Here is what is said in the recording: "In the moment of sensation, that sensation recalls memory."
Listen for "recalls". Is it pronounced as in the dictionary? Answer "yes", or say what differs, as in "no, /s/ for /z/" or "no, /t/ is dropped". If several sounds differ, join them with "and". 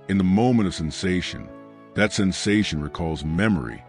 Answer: yes